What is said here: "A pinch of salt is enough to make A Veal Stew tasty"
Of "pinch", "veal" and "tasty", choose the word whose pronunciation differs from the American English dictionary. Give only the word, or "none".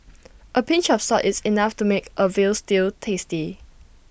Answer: none